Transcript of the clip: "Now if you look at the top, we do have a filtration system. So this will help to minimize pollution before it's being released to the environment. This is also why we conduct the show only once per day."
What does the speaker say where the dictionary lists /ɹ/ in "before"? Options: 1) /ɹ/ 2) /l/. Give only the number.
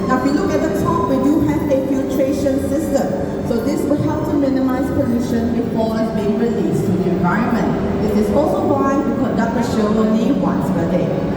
2